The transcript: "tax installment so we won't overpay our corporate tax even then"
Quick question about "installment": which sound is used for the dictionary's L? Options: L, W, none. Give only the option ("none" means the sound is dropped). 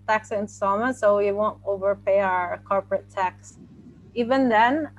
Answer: none